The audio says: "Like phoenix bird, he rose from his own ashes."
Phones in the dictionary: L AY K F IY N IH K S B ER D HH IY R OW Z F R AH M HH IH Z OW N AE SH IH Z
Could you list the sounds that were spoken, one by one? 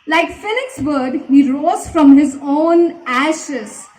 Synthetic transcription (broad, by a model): L AY K F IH L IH K S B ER D HH IY R OW Z F R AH M HH IH Z OW N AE SH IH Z